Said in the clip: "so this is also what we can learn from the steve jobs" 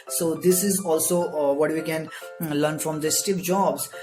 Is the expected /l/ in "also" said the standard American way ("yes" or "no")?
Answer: yes